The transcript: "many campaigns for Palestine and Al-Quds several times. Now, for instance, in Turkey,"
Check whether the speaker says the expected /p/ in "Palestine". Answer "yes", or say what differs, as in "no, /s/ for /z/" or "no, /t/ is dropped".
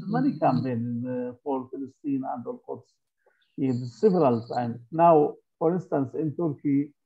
no, /f/ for /p/